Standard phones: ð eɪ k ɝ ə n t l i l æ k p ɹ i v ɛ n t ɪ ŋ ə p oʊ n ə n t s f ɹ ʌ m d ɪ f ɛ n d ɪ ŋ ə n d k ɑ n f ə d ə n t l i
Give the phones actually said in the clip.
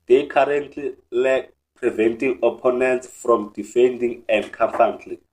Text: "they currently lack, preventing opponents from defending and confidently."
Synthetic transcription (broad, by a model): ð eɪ k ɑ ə n t l i l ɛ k p ɹ i v ɛ n t ɪ ŋ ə p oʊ n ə n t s f ɹ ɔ m d ɪ f ɛ n d ɪ ŋ ə n d k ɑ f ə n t l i